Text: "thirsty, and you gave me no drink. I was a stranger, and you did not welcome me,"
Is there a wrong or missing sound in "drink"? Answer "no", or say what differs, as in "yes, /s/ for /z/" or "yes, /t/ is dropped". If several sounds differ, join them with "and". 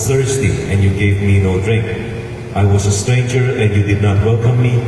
no